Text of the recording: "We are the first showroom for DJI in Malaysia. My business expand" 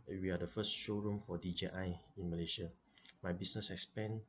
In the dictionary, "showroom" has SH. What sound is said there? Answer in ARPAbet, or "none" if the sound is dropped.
SH